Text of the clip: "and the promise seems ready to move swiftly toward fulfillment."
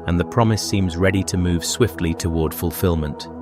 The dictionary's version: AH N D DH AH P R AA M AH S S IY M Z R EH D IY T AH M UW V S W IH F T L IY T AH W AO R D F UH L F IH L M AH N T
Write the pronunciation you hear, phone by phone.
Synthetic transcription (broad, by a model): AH N DH AH P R AA M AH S S IY M Z R EH D IY T AH M UW V S W IH F T L IY T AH W AO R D F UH L F IH L M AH N T